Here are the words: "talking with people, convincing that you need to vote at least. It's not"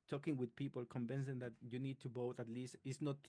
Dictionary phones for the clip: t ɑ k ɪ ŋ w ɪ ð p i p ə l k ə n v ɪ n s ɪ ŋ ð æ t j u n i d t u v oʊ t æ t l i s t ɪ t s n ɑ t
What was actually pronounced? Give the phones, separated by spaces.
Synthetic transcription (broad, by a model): t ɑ k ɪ ŋ w ɪ ð p i p ə l k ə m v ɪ n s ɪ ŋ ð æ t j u n i d t u b oʊ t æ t l i s t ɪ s n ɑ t